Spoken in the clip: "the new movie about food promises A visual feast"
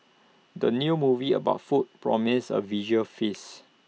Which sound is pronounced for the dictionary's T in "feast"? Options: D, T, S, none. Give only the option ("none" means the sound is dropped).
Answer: none